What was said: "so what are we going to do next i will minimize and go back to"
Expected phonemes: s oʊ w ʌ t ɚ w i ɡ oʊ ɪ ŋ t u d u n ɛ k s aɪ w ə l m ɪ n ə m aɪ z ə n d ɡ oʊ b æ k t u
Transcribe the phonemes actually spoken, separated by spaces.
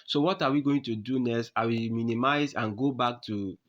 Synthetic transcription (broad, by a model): s oʊ w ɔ t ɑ w i ɡ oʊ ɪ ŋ t u d u n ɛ s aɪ w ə m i n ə m aɪ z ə n ɡ oʊ b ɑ k t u